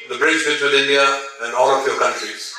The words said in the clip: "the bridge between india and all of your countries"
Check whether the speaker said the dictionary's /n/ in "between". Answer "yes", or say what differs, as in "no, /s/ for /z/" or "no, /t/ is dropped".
no, /l/ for /n/